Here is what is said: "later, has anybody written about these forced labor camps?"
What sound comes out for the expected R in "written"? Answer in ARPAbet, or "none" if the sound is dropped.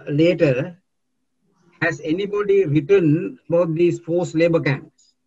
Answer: R